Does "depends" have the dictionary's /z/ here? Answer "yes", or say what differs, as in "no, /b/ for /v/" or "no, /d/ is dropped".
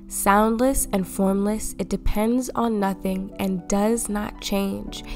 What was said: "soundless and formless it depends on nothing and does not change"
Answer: yes